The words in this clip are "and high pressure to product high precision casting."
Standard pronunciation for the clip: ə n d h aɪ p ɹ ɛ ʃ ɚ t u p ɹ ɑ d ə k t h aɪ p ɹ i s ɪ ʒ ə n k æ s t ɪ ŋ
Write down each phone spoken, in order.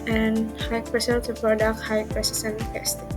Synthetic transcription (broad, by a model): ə n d h aɪ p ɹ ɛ s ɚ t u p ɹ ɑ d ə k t h aɪ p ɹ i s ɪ s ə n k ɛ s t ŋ